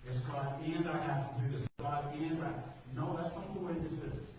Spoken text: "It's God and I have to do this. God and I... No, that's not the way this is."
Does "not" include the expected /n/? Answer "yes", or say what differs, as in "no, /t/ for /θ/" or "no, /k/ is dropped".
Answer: no, /l/ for /n/